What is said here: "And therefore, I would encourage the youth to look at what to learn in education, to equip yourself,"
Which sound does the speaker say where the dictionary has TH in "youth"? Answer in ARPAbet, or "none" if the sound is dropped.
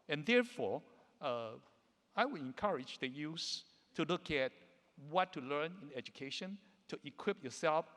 S